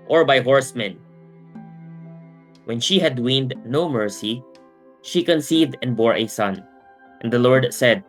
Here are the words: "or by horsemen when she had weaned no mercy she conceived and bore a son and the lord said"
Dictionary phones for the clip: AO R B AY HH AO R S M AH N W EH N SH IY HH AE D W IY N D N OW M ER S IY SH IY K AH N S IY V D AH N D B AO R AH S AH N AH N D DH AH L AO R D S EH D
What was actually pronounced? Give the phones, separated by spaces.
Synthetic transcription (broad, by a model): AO R B AY HH AO R S M AH N W EH N SH IY HH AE D W IY N D N OW M ER S IY SH IY K AH N S IY V D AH N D B AO R AH S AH N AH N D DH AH L AO R D S EH D